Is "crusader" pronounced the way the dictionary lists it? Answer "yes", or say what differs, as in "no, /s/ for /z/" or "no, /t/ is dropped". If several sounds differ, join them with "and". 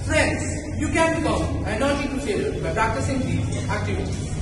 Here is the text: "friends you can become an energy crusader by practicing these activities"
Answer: no, /ɹ/ is dropped